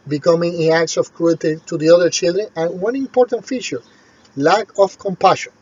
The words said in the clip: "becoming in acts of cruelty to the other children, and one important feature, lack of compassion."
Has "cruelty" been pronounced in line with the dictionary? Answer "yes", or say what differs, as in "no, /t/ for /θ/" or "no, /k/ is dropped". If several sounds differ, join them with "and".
no, /l/ is dropped